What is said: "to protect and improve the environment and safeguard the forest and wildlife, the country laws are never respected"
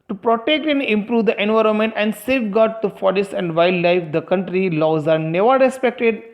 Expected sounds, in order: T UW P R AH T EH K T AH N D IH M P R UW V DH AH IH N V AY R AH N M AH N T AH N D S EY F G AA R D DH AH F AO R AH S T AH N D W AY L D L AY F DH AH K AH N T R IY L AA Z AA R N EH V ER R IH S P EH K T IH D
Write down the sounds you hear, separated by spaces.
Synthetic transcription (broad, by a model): T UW P R AH T EH K T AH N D IH M P R UW V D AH IH N V AY R AH N M AH N T AH N D S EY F G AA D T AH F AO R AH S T AH N D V AY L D L AY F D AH K AH N T R IY L AA Z AA R N EH V ER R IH S P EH K T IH D